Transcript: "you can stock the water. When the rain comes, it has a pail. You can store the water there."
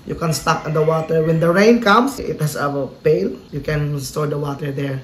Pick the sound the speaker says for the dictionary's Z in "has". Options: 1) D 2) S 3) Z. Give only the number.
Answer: 2